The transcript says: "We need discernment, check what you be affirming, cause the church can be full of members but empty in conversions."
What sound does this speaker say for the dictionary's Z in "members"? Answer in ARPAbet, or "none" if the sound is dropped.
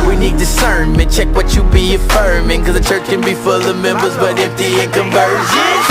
Z